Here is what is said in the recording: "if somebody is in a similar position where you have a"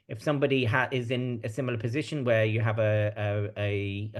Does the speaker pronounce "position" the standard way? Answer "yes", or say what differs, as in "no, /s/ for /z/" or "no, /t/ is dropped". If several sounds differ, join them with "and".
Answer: yes